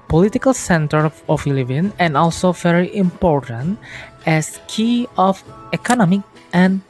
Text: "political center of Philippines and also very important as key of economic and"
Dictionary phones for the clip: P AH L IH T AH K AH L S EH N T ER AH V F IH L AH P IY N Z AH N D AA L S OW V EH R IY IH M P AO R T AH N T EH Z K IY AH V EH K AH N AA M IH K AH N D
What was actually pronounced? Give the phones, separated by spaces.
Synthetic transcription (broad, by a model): P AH L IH T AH K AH L S EH N T ER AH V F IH L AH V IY N AH N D AA L S OW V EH R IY IH M P AO R T AH N T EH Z K IY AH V EH K AH N AA M IH K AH N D